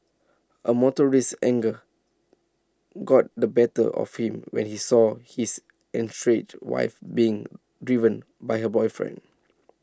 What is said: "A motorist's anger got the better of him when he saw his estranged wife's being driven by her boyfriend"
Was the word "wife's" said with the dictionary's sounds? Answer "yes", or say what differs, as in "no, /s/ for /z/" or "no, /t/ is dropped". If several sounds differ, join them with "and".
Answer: no, /s/ is dropped